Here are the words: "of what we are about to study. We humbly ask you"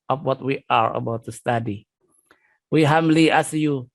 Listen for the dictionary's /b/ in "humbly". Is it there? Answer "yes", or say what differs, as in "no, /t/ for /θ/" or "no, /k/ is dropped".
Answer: no, /b/ is dropped